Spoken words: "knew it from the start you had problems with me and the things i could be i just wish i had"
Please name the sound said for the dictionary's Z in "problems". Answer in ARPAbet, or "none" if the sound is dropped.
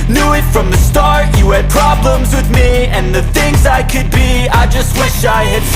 Z